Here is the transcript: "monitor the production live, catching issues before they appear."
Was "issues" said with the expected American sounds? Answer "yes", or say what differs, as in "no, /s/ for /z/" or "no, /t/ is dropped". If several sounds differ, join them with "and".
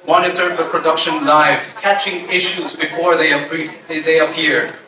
yes